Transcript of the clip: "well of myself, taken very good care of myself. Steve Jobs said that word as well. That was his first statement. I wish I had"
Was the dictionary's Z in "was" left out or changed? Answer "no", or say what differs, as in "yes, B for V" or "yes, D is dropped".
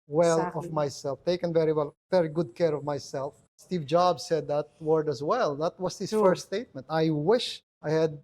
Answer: yes, S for Z